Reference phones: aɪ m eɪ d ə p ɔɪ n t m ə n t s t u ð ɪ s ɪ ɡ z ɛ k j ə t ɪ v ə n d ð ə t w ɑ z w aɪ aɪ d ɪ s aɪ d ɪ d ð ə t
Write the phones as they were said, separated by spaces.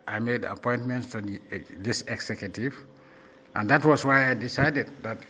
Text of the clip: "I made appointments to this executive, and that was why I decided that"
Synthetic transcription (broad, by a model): aɪ m eɪ d ə p ɔɪ n t m ə n t s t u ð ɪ s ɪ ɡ s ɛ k j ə t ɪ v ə n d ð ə t w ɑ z w aɪ aɪ d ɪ s aɪ d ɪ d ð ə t